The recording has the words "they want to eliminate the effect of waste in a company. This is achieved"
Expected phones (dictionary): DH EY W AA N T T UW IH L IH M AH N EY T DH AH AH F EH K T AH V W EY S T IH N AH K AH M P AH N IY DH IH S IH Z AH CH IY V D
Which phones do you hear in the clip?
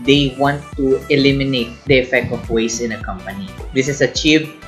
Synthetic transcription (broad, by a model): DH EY W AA N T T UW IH L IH M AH N EY T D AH AH F EH K T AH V W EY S IH N AH K AH M P AH N IY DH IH S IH S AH CH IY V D